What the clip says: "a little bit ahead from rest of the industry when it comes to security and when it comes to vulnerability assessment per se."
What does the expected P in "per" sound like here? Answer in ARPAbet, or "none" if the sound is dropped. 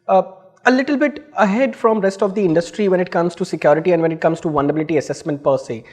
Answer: P